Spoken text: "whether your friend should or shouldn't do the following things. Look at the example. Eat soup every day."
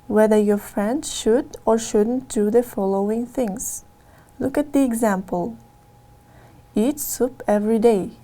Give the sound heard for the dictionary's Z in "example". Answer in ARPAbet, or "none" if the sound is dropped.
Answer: Z